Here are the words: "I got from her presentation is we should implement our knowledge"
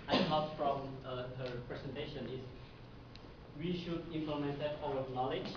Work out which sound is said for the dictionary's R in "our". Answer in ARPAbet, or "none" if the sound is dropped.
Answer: W